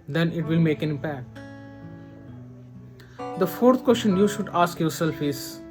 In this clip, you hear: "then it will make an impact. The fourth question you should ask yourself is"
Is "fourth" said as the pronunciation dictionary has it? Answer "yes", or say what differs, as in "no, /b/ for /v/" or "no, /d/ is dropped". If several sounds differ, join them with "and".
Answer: no, /t/ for /θ/